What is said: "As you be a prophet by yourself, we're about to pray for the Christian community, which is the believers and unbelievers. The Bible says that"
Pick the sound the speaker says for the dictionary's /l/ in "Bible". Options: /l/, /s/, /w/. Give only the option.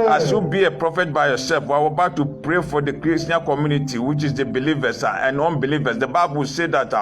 /w/